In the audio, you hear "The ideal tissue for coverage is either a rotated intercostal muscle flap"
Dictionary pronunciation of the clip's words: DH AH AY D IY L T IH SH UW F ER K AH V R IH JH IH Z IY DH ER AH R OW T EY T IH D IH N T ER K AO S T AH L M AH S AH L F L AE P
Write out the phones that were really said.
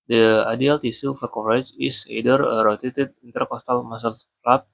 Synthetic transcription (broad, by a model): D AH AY D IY L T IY S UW F ER K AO R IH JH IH S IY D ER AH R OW T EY T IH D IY N T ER K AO S T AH L M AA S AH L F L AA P